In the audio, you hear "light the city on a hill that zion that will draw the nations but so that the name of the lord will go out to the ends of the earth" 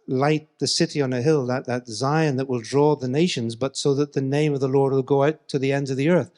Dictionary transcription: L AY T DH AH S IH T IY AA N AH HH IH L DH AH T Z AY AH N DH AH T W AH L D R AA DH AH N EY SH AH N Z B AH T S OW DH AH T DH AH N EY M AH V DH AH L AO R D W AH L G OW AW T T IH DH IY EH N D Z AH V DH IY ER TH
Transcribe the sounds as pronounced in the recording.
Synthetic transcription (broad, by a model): L AY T DH AH S IH T IY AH N AH HH IH L DH AH T Z AY AH N DH AH T W AH L D R AA DH AH N EY SH AH N Z B AH T S OW DH AH T DH AH N EY M AH V DH AH L AO R D W AH L G OW AW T T IH DH IY EH N D Z AH V DH IY ER TH